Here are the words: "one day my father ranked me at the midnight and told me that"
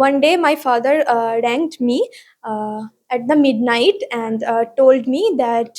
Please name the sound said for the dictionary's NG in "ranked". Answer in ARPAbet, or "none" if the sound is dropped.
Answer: NG